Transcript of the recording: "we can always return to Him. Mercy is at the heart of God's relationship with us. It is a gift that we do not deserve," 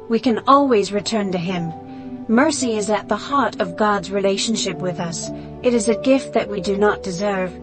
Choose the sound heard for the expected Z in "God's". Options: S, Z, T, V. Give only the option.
Z